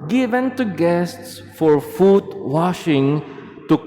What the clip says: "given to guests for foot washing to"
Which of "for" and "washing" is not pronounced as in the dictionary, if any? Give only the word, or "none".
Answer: none